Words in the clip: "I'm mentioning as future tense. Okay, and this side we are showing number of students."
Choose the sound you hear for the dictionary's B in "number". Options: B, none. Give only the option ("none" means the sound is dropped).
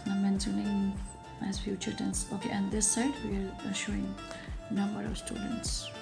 B